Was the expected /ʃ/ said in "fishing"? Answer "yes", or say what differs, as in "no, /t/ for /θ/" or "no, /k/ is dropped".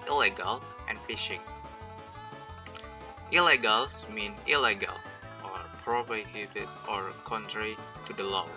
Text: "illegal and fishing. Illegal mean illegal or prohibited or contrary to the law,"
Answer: yes